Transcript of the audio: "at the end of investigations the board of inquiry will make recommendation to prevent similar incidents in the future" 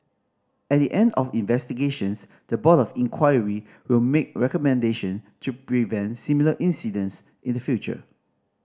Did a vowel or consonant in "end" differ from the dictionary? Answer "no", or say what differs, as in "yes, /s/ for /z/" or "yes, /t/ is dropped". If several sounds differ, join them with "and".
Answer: no